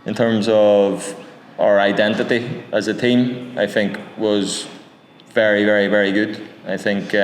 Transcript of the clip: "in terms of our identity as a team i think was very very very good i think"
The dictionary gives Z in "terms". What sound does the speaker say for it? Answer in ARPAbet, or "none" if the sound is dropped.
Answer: Z